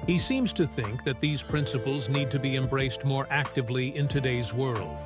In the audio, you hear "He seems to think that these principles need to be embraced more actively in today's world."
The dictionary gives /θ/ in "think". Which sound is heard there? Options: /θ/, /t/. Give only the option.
/θ/